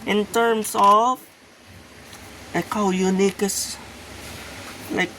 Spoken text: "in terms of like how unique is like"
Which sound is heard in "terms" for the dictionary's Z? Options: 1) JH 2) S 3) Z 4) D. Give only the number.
2